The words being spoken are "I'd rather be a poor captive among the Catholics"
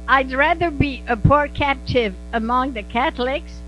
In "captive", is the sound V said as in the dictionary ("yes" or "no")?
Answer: yes